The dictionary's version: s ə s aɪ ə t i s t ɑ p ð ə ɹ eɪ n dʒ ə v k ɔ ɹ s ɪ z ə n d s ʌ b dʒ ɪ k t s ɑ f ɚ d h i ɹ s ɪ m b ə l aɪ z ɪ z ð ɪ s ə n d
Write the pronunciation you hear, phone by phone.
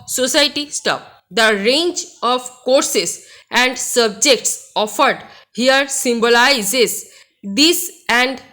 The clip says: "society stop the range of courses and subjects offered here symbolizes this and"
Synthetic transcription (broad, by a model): s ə s aɪ t i s t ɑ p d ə ɹ eɪ n dʒ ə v k ɔ ɹ s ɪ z ə n d s ʌ b dʒ ɪ k t s ɑ f ɚ d h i ɹ s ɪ m b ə l aɪ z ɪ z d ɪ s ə n d